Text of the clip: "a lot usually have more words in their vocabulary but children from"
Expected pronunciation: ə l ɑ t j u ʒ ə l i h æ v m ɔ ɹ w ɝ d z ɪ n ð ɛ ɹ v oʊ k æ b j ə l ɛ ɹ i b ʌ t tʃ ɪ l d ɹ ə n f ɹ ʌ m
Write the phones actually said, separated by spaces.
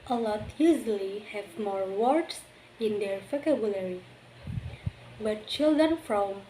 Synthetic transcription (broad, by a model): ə l ɑ t j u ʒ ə l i h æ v m ɔ ɹ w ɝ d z ɪ n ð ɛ ɹ p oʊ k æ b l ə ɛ ɹ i b ʌ t tʃ ɪ l d ɹ ə n f ɹ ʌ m